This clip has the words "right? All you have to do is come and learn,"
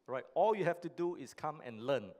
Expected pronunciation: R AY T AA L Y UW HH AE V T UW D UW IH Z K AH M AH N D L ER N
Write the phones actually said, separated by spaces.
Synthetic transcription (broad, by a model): R AY T AA L Y UW HH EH F T UW D UW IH S K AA M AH N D L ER N